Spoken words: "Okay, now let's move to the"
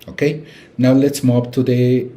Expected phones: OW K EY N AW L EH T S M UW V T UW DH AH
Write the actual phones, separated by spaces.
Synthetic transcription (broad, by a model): OW K EY N AW L EH T S M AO P T UW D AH